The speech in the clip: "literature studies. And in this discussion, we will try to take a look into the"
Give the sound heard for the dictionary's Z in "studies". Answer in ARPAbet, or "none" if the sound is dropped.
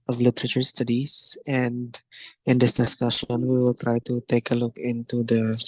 S